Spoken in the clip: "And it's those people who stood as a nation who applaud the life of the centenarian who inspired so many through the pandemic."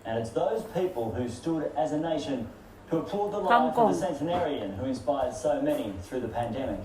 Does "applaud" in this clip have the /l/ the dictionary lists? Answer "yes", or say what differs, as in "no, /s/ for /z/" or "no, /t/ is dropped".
no, /l/ is dropped